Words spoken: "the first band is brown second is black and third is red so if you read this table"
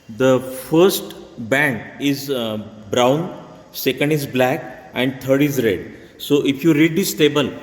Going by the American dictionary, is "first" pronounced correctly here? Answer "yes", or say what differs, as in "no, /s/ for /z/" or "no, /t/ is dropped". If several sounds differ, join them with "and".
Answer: yes